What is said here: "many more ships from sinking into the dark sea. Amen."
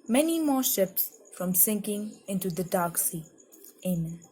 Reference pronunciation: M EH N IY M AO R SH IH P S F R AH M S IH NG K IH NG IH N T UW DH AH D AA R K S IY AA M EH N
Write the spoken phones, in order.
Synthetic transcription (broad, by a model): M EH N IY M AO SH IH P S F R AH M S IH NG K IH NG IH N T UW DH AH D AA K S IY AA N